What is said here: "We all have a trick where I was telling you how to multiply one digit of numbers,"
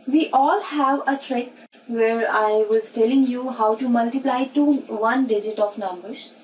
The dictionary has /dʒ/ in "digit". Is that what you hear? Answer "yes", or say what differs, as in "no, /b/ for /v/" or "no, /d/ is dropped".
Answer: yes